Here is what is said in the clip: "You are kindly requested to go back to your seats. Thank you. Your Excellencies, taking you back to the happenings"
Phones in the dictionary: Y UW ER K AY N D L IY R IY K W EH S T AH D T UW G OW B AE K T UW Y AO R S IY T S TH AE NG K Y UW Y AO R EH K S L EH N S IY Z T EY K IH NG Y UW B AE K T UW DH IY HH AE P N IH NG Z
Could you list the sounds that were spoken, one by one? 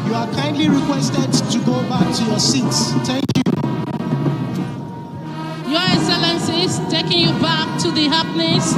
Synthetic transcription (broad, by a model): Y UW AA K AY N D L IY R IY K W EH S T AH D T UW G OW B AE K T UW Y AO S IY T S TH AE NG K Y UW Y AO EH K S L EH N S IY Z T EY K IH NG Y UW B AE K T UW DH IY HH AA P N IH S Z